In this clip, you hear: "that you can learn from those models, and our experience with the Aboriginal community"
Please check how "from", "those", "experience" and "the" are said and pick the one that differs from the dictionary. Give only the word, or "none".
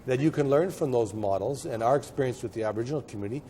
none